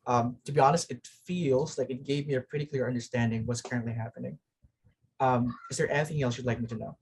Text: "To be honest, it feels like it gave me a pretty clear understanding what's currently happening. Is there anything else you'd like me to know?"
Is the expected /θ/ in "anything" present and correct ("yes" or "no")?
yes